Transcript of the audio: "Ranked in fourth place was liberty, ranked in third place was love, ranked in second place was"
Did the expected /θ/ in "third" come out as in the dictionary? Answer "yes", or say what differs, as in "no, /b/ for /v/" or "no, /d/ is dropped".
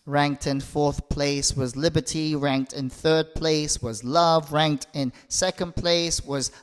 yes